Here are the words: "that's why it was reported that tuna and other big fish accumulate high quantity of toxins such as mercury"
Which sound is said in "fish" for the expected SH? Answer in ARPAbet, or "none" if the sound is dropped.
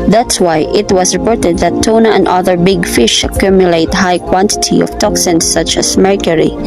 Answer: SH